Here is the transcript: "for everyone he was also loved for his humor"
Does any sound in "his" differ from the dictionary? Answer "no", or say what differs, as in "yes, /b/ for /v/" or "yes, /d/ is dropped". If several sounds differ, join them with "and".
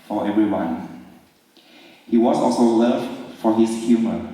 yes, /s/ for /z/